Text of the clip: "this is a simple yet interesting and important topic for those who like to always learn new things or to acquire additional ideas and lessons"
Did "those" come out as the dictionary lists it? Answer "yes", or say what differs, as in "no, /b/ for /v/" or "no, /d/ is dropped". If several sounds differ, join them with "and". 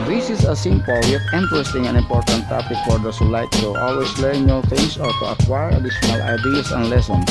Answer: no, /s/ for /z/